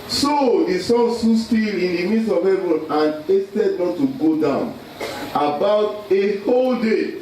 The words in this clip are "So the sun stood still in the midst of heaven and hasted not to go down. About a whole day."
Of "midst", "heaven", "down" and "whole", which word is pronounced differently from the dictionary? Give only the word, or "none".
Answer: midst